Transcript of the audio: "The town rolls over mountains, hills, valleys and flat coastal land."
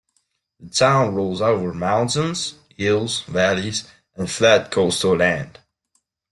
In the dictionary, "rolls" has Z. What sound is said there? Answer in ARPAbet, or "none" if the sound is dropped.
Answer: Z